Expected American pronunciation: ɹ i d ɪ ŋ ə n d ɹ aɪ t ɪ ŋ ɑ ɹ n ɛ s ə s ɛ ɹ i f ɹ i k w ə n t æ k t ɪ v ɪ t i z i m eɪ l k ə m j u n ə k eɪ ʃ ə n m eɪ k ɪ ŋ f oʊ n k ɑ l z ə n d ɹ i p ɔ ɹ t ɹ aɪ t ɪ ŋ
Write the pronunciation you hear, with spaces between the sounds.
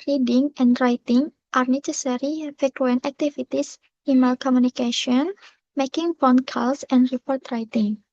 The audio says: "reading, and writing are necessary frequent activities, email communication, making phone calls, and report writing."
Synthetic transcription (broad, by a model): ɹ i d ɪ ŋ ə n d ɹ aɪ t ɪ ŋ ɑ ɹ n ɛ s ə s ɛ ɹ i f ɛ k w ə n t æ k t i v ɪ t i s i m eɪ l k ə m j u n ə k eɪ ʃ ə n m eɪ k ɪ ŋ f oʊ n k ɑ l s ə n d ɹ i p ɔ ɹ t ɹ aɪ t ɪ ŋ